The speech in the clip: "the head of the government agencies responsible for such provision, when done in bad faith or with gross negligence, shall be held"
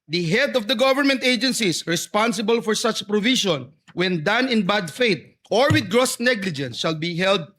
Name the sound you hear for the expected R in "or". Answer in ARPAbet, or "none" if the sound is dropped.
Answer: R